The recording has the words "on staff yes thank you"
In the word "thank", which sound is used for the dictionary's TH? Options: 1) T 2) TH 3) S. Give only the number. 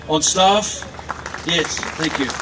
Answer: 2